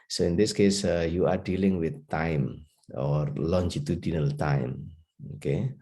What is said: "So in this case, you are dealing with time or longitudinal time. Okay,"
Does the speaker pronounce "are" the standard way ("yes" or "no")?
yes